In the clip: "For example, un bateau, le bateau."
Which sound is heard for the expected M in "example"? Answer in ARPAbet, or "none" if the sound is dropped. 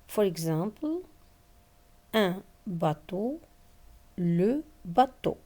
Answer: none